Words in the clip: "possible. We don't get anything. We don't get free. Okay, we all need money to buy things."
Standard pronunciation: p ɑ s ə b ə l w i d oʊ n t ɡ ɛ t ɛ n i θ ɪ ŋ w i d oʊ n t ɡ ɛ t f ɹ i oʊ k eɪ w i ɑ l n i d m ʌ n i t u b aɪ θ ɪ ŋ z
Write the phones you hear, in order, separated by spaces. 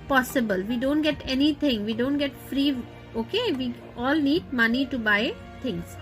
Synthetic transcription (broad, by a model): p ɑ s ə b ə l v i d oʊ n t ɡ ɛ t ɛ n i t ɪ ŋ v i d oʊ n t ɡ ɛ t f ɹ i oʊ k eɪ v i ɑ l n i d m ʌ n i t u b aɪ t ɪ ŋ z